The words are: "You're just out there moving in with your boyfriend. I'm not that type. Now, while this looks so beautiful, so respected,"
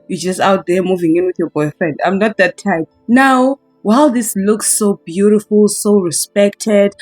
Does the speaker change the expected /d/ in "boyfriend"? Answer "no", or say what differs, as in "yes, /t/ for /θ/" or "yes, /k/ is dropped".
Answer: no